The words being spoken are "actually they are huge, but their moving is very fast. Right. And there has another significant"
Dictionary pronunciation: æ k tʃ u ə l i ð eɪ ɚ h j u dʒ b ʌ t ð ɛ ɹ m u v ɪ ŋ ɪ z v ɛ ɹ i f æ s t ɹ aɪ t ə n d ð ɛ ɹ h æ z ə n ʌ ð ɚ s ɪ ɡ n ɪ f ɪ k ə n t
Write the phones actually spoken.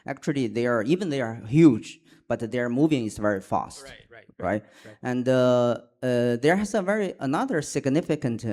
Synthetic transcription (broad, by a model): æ k tʃ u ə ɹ i ð eɪ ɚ h j u dʒ b ʌ t ð ɛ ɹ m u v ɪ ŋ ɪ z v ɛ ɹ i f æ s t ɹ aɪ t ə n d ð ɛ ɹ h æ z ə n ʌ ð ɚ s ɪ ɡ n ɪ f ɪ k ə n t